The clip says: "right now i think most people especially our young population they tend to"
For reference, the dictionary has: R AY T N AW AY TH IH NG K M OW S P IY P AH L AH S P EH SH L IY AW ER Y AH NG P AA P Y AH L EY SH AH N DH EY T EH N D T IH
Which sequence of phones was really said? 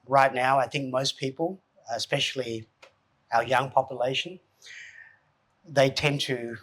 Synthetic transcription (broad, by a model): R AY T N AW AY TH IH NG K M OW S P IY P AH L AH S P EH SH L IY AW ER Y AH NG P AA P Y AH L EY SH AH N DH EY T EH N T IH